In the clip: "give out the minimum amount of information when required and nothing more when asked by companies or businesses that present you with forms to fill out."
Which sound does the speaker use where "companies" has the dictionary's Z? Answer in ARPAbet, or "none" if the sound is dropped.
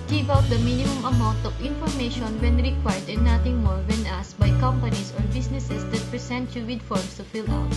S